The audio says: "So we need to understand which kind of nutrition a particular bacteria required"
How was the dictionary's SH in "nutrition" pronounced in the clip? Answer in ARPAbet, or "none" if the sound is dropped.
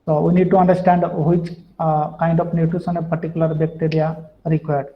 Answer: S